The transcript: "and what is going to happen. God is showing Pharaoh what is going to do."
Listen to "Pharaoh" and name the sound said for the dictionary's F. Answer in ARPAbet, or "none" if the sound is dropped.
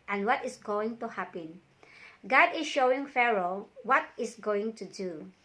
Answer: F